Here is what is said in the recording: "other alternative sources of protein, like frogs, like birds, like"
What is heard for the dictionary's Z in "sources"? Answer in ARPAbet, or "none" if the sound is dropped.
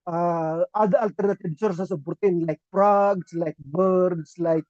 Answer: S